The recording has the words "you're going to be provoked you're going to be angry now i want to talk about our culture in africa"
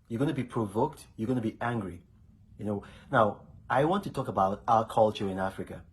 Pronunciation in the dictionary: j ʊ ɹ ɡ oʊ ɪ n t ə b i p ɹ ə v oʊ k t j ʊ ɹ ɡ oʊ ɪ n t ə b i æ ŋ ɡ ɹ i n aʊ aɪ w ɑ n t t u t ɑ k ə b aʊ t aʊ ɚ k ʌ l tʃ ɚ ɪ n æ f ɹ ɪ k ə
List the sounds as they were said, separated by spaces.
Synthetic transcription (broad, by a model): j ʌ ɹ ɡ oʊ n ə b i p ɹ ə v oʊ k t j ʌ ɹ ɡ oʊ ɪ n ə b i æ ŋ ɡ ɹ i n aʊ aɪ w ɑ n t t u t ɑ k ə b aʊ t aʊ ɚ k ʌ l tʃ ɚ ɪ n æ f ɹ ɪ k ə